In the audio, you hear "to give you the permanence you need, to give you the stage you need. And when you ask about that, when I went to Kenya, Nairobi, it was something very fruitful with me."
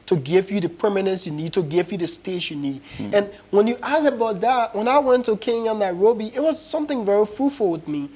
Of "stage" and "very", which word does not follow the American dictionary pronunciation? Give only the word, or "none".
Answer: stage